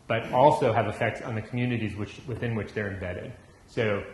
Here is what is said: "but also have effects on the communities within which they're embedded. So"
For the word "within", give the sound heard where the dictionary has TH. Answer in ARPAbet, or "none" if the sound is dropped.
TH